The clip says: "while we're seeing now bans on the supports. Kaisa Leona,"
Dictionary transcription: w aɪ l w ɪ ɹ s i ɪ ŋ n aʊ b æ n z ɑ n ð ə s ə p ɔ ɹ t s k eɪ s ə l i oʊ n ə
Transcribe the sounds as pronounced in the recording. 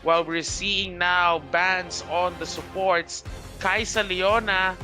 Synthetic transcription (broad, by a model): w aɪ l w ɪ ɹ s i ɪ ŋ n aʊ b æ n s ɑ n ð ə s ə p ɔ ɹ t s k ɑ s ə l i oʊ n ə